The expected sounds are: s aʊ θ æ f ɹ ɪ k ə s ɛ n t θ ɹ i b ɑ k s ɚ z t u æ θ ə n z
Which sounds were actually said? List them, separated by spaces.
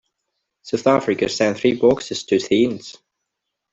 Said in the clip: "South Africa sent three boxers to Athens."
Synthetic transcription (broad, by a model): s aʊ θ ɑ f ɹ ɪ k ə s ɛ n θ ɹ i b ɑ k s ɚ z t u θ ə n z